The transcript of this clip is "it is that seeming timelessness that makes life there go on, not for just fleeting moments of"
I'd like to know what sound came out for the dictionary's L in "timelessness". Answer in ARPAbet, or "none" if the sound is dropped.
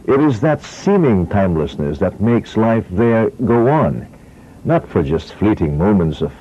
L